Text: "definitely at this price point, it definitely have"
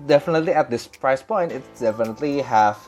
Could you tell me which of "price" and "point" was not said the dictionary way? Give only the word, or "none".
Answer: none